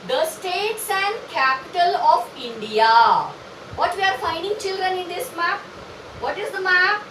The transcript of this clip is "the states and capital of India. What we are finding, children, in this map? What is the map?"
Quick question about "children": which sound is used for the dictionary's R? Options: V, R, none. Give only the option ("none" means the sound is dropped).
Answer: R